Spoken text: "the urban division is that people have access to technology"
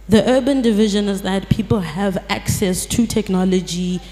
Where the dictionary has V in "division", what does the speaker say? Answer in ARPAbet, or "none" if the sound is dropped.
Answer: V